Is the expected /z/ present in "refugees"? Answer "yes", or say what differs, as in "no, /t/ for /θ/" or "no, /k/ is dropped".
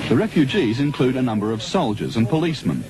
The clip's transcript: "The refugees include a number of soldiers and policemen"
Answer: yes